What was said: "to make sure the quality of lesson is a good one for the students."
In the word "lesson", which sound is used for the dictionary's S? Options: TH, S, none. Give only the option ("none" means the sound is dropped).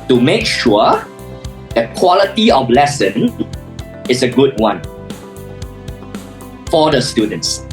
S